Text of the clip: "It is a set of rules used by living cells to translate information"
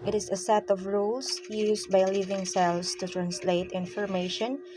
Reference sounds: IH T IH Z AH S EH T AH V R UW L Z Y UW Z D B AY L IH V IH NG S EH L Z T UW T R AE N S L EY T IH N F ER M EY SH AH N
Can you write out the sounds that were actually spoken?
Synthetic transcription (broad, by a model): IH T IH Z AH S EH T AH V R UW L S Y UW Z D B AY L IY V IH NG S EH L S T UW T R AE N S L EY T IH N F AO M EY SH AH N